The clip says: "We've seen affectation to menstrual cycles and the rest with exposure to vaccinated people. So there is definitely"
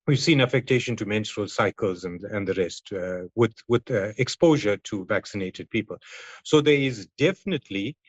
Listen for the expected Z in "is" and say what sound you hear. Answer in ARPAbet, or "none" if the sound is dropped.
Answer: Z